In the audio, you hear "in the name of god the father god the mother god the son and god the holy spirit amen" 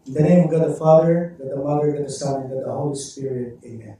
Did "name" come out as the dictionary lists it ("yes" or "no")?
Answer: no